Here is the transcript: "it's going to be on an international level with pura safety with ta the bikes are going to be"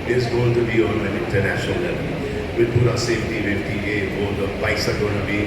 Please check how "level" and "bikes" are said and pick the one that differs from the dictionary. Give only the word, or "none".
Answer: bikes